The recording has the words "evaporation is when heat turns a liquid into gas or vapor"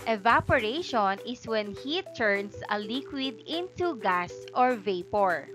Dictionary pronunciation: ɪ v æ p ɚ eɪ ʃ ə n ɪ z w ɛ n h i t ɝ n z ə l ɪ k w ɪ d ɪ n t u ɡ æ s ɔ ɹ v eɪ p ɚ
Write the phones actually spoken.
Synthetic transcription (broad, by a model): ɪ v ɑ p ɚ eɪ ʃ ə n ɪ s w ɛ n h i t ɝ n s ə l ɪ k w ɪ d ɪ n t u ɡ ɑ s ɔ ɹ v eɪ p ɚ